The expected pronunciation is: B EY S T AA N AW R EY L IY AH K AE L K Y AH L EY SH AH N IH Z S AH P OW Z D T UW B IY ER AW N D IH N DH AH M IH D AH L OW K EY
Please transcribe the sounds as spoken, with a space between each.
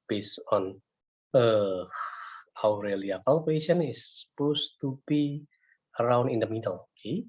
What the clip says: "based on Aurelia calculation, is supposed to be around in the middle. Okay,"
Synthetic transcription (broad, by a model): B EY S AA N AW R EY L IY AH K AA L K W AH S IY AH N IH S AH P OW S T UW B IY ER AW N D IH N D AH M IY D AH L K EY